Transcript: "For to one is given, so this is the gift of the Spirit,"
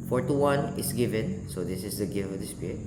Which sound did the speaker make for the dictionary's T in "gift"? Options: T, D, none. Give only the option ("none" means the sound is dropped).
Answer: none